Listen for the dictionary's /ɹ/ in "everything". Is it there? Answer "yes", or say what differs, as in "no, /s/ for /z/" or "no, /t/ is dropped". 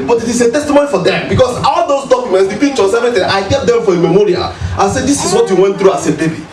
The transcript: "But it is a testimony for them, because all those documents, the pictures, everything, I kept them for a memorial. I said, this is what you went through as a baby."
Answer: no, /ɹ/ is dropped